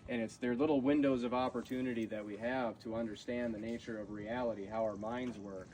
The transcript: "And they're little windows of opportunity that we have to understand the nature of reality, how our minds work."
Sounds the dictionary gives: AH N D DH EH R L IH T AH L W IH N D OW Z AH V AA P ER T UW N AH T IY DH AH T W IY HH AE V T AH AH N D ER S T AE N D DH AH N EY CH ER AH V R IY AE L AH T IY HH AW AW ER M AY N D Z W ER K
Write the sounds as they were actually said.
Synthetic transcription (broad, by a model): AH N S DH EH R L IH T L W IH N D OW Z AH V AA P ER T UW N AH T IY DH AH T W IY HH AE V T AH AH N D ER S T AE N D DH AH N EY CH ER AH V R IY AE L AH T IY HH AW AW ER M AY N D Z W ER K